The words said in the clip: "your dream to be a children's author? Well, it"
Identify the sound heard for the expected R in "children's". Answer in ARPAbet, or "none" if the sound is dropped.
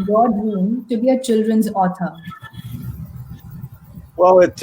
R